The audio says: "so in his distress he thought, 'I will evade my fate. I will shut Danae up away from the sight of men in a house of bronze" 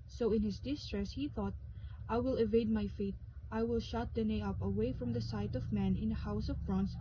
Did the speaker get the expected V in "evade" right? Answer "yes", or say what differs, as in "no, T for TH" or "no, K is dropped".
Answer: yes